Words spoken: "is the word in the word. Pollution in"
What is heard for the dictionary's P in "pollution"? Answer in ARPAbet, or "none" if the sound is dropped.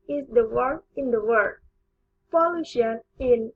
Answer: F